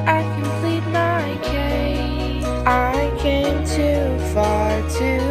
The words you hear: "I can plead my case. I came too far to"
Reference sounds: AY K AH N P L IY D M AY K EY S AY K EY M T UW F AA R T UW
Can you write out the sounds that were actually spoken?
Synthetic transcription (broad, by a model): AY K AH N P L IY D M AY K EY AY K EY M T UW F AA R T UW